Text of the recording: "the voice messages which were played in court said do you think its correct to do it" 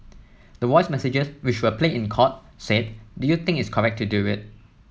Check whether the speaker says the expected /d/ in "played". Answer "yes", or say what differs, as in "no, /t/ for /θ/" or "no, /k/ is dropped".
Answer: no, /d/ is dropped